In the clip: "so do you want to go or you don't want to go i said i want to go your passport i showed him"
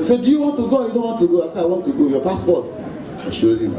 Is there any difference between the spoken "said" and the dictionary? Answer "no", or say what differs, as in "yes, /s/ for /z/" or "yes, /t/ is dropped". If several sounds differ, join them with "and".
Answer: yes, /d/ is dropped